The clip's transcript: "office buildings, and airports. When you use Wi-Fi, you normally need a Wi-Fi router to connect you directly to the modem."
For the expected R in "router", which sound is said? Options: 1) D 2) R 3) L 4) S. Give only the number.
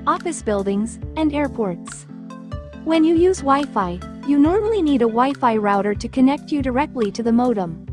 2